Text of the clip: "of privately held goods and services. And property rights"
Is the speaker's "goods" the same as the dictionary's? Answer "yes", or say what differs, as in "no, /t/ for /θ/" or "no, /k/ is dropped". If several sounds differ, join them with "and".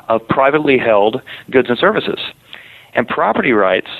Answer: yes